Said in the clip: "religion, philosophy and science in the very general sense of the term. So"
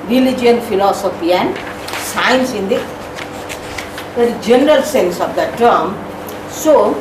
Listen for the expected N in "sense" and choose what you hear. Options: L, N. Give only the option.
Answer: N